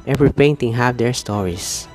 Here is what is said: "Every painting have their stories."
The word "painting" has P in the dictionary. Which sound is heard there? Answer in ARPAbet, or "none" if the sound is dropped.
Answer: P